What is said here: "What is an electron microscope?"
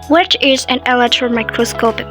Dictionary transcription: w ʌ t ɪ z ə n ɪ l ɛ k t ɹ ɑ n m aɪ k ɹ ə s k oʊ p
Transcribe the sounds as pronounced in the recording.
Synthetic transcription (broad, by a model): w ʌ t ɪ z ə n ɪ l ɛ t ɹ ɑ m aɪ k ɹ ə s k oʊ p